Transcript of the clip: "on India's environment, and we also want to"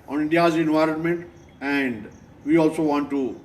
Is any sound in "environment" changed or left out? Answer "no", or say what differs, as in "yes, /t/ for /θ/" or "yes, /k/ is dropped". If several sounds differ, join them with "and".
no